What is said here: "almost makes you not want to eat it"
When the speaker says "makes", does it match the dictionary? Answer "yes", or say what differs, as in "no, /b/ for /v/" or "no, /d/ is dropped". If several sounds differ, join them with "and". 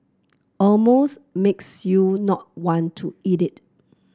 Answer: yes